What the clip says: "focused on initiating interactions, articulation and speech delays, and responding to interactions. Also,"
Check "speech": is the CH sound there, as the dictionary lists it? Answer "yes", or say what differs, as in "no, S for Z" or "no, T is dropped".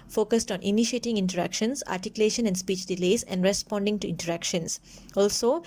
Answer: yes